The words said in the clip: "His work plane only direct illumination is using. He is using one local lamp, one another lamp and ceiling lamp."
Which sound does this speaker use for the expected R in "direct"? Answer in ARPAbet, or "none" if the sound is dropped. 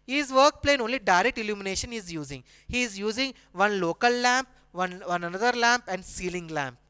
R